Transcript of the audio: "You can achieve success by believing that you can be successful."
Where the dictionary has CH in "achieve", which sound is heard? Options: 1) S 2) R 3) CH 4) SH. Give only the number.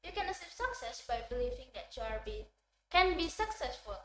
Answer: 1